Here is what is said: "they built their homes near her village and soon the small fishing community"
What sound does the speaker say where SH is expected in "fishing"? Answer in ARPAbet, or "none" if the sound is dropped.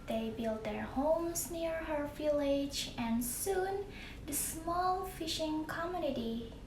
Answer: SH